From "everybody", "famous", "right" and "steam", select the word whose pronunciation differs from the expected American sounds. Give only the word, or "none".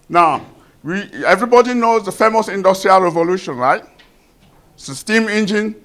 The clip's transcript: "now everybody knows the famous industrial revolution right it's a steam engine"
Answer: right